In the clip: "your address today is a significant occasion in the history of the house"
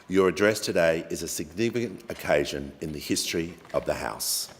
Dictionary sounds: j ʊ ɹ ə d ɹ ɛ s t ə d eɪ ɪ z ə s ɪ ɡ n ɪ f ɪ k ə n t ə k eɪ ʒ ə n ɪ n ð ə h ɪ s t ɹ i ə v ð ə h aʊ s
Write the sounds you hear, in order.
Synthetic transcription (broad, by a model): j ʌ ɹ ə d ɹ ɛ s t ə d eɪ ɪ z ə s ɪ ɡ n ɪ f ɪ k ə n t ə k eɪ ʒ ə n ɪ n ð ə h ɪ s t ɹ i ə v ð ə h aʊ s